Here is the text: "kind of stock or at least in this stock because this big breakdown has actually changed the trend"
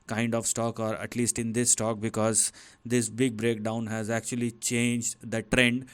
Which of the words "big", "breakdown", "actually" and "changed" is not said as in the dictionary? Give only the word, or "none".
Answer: none